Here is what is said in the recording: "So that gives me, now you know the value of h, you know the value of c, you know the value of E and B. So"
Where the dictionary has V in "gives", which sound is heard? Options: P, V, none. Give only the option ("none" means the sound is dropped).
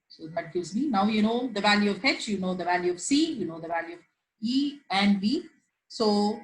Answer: none